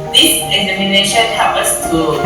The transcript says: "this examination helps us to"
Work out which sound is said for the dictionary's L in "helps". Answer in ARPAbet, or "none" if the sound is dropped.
none